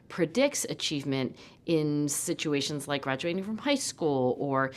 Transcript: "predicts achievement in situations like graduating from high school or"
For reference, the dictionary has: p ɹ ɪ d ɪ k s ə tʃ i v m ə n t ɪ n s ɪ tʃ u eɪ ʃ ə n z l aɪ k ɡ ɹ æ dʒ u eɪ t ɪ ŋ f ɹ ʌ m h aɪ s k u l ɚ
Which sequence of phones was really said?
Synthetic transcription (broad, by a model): p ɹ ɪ d ɪ k s ə tʃ i v m ə n t ɪ n s ɪ tʃ u eɪ ʃ ə n z l aɪ k ɡ ɹ æ dʒ u eɪ t ɪ ŋ f ɹ ʌ m h aɪ s k u l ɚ